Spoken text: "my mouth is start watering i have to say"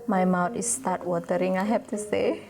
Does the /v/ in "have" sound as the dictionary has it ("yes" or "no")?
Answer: no